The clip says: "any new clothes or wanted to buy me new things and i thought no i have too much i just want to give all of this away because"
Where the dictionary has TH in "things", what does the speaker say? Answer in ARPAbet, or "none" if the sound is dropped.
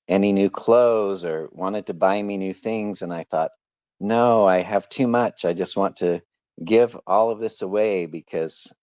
TH